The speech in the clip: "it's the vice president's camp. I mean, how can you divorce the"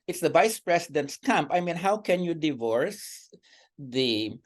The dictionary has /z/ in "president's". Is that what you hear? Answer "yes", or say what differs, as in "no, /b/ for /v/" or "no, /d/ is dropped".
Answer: no, /s/ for /z/